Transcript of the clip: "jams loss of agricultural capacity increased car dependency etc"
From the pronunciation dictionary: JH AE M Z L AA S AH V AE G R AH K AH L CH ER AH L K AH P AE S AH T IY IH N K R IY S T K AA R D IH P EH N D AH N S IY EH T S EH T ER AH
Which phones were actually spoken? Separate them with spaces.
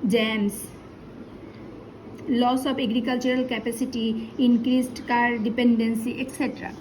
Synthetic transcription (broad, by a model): JH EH M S L AA S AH B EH G R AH K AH L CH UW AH L K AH P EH S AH T IY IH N K R IY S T K AA R D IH P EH N D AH N S IY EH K S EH T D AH